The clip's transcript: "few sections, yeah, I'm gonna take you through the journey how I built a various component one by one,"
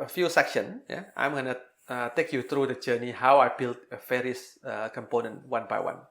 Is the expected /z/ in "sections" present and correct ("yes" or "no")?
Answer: no